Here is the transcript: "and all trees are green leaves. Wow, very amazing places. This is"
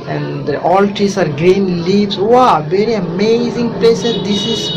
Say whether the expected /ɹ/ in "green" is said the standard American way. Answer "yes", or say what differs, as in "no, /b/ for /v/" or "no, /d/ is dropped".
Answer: yes